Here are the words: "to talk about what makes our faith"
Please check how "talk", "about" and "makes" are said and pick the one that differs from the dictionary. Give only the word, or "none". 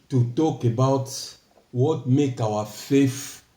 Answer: makes